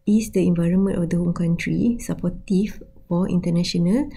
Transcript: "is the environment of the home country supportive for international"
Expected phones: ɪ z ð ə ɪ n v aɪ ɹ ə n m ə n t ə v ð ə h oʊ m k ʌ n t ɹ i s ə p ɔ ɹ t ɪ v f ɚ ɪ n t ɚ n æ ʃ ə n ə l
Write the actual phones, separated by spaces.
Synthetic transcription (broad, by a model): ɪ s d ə ɪ n v aɪ ɹ ə n m ə n t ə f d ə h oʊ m k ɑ n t ɹ i s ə p ɔ t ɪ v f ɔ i n t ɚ n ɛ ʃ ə n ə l